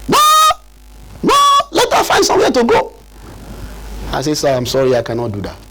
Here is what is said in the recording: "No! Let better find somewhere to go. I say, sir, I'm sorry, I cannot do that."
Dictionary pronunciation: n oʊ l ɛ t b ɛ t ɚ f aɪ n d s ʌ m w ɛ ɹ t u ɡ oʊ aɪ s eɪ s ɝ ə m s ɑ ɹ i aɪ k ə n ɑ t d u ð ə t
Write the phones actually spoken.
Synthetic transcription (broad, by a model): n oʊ n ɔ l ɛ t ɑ f aɪ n s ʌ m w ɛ t u ɡ oʊ aɪ s eɪ s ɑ ə m s ɑ ɹ i aɪ k ə n ɑ t d u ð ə t